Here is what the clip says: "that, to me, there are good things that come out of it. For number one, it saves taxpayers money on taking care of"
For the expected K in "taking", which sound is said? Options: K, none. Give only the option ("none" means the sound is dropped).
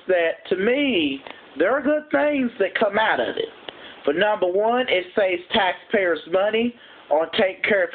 none